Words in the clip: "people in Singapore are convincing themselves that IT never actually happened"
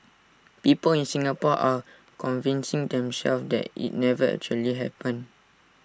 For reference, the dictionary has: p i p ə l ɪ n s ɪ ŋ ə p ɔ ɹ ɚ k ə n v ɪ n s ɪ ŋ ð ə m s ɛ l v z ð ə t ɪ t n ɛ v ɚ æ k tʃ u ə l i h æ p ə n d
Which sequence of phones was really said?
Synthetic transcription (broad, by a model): p i p ə l ɪ n s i ŋ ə p ɔ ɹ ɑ k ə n v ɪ n s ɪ ŋ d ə m s ɛ l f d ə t ɪ t n ɛ v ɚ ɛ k tʃ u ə l i h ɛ p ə n